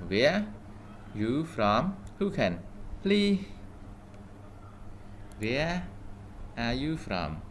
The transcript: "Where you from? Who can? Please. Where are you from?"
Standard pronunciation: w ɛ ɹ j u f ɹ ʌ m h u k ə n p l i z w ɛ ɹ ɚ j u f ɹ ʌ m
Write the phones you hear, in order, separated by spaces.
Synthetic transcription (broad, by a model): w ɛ j u f ɹ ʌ m h u k ə n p l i w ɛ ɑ j u f ɹ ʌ m